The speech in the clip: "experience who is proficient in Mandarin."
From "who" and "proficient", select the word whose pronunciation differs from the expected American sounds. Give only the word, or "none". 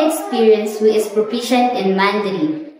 proficient